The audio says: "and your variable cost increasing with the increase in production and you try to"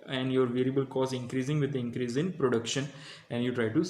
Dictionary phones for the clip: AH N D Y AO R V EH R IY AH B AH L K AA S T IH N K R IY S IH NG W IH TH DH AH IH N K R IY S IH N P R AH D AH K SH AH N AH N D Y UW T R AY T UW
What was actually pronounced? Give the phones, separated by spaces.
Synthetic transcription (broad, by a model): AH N D Y AO R V EH R IY AH B AH L K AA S IH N K R IY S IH NG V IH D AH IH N K R IY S IH N P R AH D AH K SH AH N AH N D Y UW T R AY T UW